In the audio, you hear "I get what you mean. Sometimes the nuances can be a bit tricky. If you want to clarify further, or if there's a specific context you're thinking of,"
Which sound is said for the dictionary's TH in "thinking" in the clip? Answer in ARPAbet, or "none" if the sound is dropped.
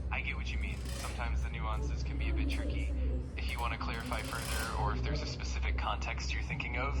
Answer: TH